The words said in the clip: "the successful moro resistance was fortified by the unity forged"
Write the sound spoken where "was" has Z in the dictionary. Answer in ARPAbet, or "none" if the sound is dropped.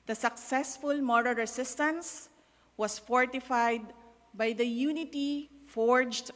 S